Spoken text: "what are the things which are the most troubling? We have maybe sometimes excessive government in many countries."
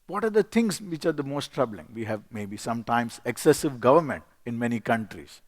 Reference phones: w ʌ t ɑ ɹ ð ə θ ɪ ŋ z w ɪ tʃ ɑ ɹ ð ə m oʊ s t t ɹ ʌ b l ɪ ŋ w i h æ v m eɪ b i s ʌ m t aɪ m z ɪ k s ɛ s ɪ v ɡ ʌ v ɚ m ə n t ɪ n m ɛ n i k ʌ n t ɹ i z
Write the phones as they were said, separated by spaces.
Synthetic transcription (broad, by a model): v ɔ t ɑ ɹ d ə t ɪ ŋ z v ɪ tʃ ɑ ɹ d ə m oʊ s t t ɹ ʌ b l ɪ ŋ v i h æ v m eɪ b i s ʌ m t aɪ m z ɪ k s ɛ s ɪ v ɡ ʌ v ɚ m ə n t ɪ n m ɛ n i k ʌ n t ɹ i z